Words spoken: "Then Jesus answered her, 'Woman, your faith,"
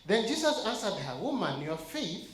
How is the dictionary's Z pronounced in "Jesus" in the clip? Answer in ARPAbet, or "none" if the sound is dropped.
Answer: S